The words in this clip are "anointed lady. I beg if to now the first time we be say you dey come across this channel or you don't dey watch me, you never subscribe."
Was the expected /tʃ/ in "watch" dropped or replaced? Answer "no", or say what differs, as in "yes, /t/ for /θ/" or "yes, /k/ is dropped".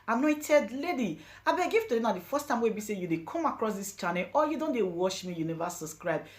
yes, /ʃ/ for /tʃ/